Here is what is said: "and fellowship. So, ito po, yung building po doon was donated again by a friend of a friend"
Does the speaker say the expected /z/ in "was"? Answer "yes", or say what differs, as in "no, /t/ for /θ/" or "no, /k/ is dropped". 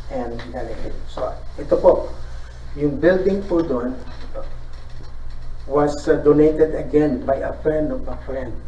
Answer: no, /s/ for /z/